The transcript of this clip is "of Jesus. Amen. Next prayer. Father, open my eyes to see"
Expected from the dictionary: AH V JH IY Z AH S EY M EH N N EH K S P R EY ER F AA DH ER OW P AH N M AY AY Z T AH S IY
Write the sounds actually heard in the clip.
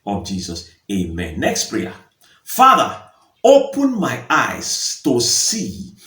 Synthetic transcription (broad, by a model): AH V JH IY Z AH S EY M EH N N EH K S P R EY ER F AA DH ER OW P AH N M AY AY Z T AH S IY